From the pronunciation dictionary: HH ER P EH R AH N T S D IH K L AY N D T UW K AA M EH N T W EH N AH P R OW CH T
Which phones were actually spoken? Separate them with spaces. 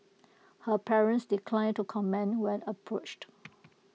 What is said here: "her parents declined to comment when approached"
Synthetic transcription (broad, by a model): HH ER P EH R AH N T S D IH K L AY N T UW K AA M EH N W EH N AH P R OW CH T